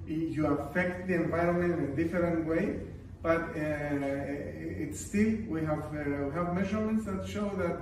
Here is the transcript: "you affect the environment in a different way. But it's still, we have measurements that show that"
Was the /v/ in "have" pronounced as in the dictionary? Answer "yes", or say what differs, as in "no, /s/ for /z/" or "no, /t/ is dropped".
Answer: yes